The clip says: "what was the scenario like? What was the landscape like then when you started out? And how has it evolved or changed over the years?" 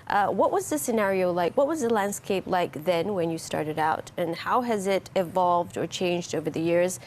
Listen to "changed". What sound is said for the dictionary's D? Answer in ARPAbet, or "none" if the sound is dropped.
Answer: D